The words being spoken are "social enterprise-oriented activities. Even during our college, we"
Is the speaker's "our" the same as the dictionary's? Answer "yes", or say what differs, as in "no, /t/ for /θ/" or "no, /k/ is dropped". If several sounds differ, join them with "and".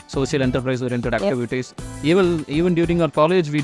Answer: yes